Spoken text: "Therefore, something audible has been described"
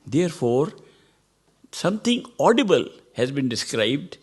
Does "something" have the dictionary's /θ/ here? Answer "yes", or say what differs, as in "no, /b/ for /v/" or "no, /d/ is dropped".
no, /t/ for /θ/